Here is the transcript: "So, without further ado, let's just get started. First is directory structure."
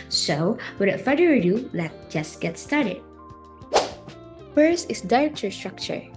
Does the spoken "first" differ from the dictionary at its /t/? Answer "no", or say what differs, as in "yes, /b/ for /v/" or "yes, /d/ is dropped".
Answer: yes, /t/ is dropped